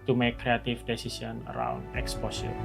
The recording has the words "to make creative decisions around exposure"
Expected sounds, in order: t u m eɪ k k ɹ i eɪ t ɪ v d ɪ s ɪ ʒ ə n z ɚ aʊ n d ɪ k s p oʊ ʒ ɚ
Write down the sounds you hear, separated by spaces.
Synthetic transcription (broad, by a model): t u m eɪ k k ɹ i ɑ t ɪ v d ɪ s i s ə n ɚ aʊ n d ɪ k s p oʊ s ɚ